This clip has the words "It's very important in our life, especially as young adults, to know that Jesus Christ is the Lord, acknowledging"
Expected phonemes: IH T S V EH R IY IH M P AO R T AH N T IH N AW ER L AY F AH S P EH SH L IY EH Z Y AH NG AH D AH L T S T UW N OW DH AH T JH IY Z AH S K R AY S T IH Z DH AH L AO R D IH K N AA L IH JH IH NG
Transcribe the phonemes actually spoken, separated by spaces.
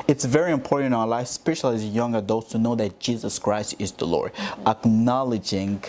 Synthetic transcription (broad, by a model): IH T S V EH R IY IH M P AO R T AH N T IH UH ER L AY AH S P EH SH L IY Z Y AH NG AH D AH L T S T UW N OW DH AH T JH IY Z AH S K R AY S T IH Z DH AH L AO R D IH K N AA L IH JH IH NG